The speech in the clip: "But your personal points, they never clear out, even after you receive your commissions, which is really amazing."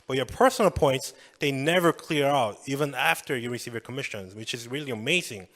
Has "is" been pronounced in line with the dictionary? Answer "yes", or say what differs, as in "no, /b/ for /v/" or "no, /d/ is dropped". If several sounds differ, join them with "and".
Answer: yes